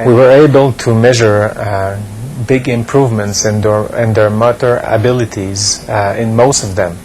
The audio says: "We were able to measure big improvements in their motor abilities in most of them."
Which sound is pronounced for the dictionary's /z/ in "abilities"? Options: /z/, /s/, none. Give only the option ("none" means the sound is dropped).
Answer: /z/